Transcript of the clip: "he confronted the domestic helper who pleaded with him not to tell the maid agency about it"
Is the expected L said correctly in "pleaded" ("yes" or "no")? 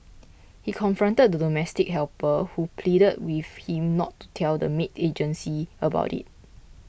yes